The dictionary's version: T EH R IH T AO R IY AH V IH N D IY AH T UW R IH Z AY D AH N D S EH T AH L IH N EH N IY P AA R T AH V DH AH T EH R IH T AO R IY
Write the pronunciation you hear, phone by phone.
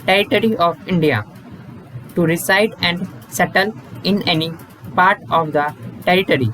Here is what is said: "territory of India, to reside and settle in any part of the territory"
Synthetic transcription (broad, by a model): T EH R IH T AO R IY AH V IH N D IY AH T UW R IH S AY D AH N D S EH T AH L IH N EH N IY P AA R T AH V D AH T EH R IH T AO R IY